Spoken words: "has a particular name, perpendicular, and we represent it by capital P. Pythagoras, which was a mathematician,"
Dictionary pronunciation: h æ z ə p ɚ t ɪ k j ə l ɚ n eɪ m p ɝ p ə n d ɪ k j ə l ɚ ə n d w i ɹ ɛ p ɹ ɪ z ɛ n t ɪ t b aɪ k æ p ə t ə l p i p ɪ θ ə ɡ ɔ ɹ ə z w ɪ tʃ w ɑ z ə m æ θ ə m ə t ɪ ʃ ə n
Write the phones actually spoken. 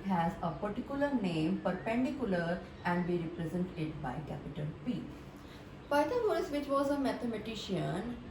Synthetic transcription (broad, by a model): h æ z ə p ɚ t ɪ k j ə l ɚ n eɪ m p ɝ p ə n d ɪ k j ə l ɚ ə n d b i ɹ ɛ p ɹ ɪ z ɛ n t ɪ t b aɪ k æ p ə t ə n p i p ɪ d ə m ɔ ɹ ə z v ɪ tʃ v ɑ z ə m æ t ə m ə t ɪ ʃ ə n